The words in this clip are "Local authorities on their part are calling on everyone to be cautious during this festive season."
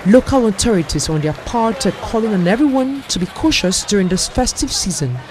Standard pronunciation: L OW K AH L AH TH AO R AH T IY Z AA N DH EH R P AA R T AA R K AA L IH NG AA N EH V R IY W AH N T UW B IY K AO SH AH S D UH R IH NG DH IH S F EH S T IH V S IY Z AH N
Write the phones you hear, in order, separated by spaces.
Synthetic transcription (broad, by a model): L OW K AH L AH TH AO R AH T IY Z AA N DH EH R P AA R T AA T K AA L IH NG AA N EH V R IY W AH N T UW B IY K AO SH AH S D UH R IH NG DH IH S F EH S T IH V S IY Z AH N